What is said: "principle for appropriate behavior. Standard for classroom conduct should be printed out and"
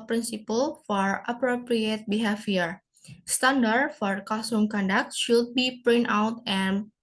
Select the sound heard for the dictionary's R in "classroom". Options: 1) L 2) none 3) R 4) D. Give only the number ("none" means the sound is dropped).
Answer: 2